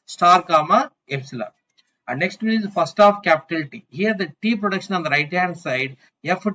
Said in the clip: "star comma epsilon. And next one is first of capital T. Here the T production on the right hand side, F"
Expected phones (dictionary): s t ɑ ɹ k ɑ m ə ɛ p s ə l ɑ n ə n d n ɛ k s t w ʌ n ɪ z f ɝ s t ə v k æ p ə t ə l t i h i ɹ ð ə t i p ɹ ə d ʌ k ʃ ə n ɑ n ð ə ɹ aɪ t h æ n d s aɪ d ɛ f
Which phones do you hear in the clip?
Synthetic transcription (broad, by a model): s t ɑ ɹ k ɑ m ə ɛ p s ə l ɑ ə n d n ɛ k s t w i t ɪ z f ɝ s t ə f k æ p ə t ə l t i h i ɹ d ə t i p ɹ ə d ʌ k ʃ ə n ɑ n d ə ɹ aɪ t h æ d s aɪ d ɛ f